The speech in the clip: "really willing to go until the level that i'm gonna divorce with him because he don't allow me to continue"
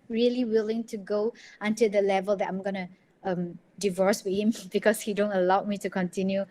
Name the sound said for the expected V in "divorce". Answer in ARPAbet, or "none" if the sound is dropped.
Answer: V